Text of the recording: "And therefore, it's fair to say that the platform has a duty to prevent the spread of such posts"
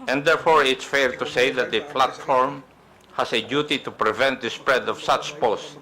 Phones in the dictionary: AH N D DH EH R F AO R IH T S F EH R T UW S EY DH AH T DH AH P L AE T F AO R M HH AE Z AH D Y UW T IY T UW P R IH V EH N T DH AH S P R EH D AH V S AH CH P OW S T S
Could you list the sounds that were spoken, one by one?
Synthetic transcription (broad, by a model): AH N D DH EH R F AO R IH T S F EH R T UW S EY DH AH T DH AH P L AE T F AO R M HH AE S AH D Y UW T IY T UW P R IH V EH N T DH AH S P R EH D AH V S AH CH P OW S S